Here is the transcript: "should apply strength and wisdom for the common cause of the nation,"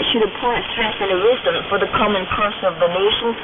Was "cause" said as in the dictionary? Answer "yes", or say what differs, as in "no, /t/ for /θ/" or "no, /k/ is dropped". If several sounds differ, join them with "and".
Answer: no, /s/ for /z/